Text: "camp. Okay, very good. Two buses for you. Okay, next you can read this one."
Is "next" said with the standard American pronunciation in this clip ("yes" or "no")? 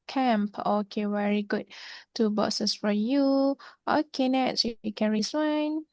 no